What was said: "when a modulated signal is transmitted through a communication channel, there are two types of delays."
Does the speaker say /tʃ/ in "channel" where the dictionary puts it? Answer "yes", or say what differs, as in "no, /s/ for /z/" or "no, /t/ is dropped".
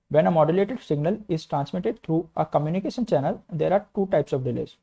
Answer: yes